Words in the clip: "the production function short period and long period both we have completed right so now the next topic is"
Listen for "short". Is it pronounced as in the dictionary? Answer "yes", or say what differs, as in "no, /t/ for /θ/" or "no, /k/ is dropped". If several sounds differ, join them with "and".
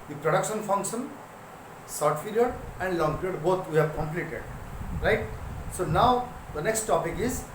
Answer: no, /s/ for /ʃ/